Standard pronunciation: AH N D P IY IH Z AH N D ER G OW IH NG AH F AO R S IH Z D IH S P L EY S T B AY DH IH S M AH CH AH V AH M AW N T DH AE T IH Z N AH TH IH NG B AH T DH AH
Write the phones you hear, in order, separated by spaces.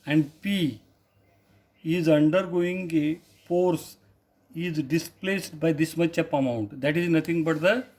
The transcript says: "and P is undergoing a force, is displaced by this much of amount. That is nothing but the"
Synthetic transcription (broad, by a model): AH N D P IY IH Z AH N D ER G OW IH NG AH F AO R S IH Z D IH S P L EY S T B AY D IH S M AH CH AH P AH M AW N T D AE T IH Z N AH T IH NG B AH T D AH